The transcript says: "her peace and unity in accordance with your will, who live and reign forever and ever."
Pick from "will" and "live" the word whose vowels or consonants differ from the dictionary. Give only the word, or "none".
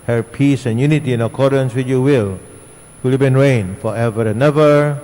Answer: live